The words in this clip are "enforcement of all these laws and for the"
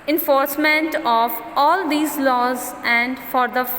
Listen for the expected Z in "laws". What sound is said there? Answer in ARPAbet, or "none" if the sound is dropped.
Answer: Z